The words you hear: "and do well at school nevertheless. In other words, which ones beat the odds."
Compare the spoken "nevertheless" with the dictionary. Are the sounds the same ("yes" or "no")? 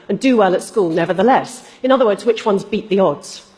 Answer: yes